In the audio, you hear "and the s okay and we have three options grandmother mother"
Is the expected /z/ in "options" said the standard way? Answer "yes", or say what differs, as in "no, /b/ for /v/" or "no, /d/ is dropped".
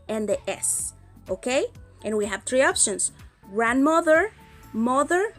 no, /s/ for /z/